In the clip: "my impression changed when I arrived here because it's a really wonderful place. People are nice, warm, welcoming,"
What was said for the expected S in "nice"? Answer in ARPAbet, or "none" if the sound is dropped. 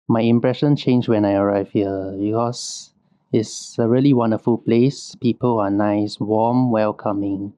S